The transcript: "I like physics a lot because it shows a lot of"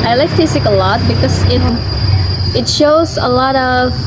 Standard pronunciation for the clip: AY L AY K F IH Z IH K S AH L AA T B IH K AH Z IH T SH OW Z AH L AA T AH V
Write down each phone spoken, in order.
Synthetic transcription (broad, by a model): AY L AY K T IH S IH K AH L AA T B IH K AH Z IH T SH OW Z AH L AA T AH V